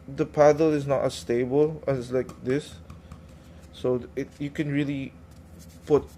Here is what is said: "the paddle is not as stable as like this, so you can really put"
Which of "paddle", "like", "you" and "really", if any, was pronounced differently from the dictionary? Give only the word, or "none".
none